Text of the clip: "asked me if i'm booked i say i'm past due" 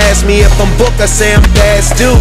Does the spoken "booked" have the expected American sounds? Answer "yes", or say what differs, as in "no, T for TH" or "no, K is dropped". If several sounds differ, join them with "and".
no, T is dropped